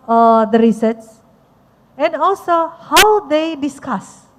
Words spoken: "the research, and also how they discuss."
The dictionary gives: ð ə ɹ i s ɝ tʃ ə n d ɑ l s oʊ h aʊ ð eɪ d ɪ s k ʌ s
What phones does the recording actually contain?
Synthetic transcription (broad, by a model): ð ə ɹ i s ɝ s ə n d ɑ l s oʊ h aʊ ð eɪ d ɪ s k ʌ s